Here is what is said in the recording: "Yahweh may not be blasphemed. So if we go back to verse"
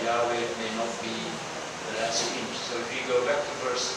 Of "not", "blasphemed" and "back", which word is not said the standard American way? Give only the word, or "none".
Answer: blasphemed